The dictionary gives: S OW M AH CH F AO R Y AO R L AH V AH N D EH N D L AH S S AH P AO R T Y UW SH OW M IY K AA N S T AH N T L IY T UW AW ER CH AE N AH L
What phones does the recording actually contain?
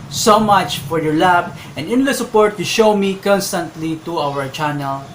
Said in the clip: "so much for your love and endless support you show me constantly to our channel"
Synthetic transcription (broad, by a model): S OW M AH CH F AO R Y AO R L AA B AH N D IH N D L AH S S AH P AO R T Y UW SH OW M IY K AA N S T AH N T L IY T UW AW ER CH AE N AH L